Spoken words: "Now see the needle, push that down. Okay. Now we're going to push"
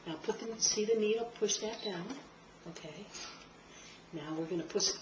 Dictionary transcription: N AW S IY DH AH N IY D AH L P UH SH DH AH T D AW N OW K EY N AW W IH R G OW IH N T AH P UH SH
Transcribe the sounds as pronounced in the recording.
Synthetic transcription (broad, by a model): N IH S IY DH AH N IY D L P UH SH DH AH T D AW N OW K EY N AW W IH R G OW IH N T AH P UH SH